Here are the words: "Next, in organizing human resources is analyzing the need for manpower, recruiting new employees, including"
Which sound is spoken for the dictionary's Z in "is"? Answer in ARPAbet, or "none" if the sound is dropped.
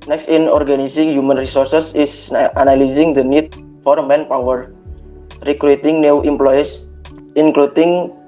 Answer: S